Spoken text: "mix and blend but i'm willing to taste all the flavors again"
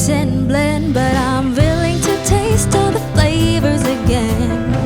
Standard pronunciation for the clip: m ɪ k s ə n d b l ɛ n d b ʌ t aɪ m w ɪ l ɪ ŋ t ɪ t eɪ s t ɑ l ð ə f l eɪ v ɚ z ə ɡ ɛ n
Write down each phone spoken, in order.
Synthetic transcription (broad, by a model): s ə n b l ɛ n b ʌ t aɪ m w ɪ l ɪ ŋ t ɪ t eɪ s t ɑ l ð ə f l eɪ v ɚ z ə ɡ ɛ n